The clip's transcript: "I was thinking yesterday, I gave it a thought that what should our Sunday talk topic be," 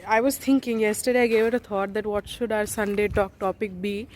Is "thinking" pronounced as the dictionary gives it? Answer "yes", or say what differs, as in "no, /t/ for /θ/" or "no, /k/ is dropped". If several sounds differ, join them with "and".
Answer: no, /t/ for /θ/